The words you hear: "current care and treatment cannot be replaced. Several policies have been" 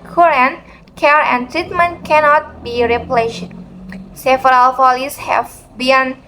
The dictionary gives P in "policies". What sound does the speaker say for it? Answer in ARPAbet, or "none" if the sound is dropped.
F